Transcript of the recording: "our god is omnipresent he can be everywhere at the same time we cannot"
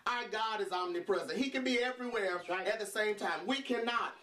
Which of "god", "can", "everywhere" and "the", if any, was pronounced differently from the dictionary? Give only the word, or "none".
none